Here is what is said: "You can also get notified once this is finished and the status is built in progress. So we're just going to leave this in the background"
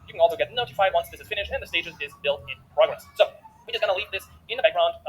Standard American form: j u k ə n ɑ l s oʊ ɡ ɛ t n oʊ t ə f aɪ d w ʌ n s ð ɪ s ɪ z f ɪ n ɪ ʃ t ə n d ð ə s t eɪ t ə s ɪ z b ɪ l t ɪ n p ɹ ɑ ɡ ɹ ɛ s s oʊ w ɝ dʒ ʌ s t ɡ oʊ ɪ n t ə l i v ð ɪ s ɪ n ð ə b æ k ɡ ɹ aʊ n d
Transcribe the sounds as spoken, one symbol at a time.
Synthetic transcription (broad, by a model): j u k ə n ɑ l s oʊ ɡ ɛ t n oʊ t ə f aɪ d w ʌ n s ð ɪ s ɪ z f ɪ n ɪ ʃ ə n ð ə s t eɪ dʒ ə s ɪ z b ɪ l t ɪ n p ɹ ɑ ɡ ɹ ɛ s s oʊ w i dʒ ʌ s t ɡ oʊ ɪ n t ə l i v ð ɪ s ɪ n ð ə b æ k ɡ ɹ aʊ n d